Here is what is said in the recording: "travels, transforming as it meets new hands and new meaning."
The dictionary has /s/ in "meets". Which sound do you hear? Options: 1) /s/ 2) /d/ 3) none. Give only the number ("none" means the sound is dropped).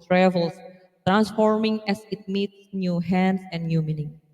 1